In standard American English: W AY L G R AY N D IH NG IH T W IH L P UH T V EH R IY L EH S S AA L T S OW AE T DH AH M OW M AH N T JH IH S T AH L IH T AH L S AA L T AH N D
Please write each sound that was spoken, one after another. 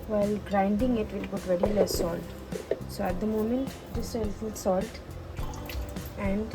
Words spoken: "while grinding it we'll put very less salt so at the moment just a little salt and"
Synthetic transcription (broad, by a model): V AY L G R AY N D IH NG IH T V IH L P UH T V EH R IY L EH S S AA L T S OW AE T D AH M OW M AH N T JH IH S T AH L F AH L S AA L T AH N D